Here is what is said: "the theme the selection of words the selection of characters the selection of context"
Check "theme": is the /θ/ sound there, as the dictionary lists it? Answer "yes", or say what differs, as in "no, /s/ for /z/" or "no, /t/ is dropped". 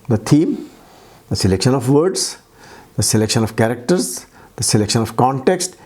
no, /t/ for /θ/